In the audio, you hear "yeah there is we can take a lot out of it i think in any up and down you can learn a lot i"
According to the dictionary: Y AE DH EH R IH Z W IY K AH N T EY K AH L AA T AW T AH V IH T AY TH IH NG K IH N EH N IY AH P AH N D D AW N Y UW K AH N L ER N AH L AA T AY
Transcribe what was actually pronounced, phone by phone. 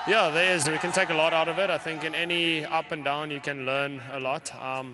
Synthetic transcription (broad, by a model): Y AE DH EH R IH Z W IY K AH N T EY K AH L AA T AW T AH V IH T AY TH IH NG K IH N EH N IY AH P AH N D D AW N Y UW K AH N L ER N AH L AA T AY